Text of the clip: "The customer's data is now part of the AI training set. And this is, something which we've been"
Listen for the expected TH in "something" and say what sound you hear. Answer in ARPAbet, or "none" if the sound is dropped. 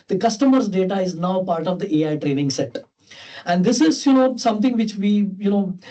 T